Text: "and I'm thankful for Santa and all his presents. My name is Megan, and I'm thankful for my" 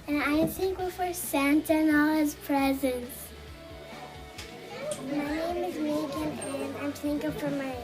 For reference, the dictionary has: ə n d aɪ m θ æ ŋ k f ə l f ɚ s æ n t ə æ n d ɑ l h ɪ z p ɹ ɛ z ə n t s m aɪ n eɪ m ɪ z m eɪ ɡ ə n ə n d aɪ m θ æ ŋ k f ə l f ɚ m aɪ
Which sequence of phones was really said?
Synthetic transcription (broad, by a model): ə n aɪ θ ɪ ŋ k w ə f ɚ s æ n t ə n ɑ l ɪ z p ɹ ɛ z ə n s m aɪ n eɪ m ɪ z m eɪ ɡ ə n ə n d aɪ m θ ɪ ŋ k ə f ɚ m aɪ